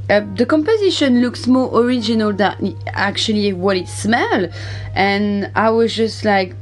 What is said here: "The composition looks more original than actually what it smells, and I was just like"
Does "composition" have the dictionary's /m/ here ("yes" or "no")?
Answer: yes